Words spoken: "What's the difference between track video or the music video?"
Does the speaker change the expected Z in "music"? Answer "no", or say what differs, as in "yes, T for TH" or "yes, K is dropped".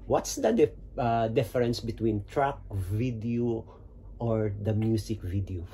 yes, S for Z